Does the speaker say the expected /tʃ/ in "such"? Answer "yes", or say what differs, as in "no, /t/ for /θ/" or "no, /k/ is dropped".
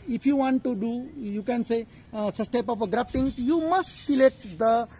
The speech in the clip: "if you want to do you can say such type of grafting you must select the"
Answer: no, /s/ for /tʃ/